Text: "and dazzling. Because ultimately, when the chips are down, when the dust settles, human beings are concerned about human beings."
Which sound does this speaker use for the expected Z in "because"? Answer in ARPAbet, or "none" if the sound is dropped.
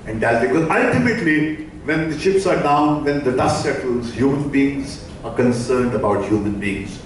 none